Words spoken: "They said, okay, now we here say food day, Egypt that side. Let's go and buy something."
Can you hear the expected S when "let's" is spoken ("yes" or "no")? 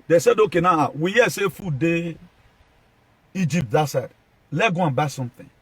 no